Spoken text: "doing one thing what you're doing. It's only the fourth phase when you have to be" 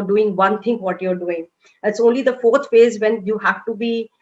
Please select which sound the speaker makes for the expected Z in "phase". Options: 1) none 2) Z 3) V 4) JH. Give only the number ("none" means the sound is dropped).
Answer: 2